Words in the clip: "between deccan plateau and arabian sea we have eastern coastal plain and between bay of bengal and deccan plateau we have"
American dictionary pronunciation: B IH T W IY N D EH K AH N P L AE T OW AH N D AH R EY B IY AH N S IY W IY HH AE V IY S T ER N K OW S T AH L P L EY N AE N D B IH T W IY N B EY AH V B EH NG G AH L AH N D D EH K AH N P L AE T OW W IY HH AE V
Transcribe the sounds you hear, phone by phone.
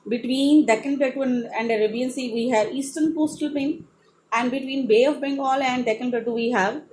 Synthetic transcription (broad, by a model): B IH T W IY N D EH K AH N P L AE T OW AH N D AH R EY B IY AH N S IY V IY HH AE V IY S T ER N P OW S T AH L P EY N AE N D B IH T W IY N B EY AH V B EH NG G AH L AH N D D EH K AH N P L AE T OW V IY HH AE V